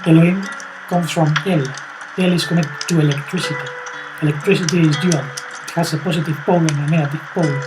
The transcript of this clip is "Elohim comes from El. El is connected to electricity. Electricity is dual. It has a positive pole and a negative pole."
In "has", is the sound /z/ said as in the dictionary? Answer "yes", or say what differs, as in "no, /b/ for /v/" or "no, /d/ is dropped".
no, /s/ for /z/